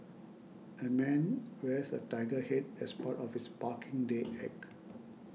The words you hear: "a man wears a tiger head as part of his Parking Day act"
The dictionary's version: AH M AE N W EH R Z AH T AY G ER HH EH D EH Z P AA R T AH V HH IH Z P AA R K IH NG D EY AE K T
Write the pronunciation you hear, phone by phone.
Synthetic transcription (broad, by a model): AH M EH N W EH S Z AH T AY G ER HH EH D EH S P AA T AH F HH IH S P AA K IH NG D EY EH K